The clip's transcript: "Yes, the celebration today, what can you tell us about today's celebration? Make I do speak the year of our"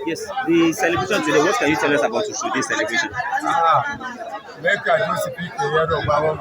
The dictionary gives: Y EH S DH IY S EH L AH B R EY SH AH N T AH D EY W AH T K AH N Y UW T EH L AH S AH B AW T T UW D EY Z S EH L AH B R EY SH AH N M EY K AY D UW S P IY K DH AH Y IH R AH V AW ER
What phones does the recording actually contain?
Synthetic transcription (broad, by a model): Y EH S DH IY S EH L AH B R EY SH AH N T AH D EY W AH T K AH N Y UW T EH L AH S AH B AW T S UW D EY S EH L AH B R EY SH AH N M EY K AY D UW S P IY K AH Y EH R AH B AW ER